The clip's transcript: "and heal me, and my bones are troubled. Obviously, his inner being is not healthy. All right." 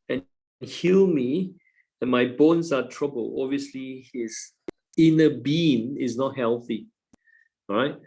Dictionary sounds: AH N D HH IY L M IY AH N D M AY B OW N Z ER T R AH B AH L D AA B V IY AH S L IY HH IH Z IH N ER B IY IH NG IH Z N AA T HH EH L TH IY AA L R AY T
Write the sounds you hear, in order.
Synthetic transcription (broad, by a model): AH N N HH IY L M IY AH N M AY B OW N S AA T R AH B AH L AA B V IY AH S L IY HH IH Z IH N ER B IY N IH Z N AA T HH EH L TH IY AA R AY T